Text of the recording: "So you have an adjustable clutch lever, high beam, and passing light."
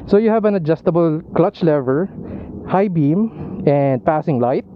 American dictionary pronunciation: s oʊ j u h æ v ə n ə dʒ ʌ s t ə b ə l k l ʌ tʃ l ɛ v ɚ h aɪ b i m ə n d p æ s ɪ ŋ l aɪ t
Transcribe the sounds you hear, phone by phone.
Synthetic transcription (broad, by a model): s oʊ j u h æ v ə n ə dʒ ʌ s t ə b ə l k l ʌ tʃ l ɛ v ɚ h aɪ b i m ə n d p æ s ɪ ŋ l aɪ t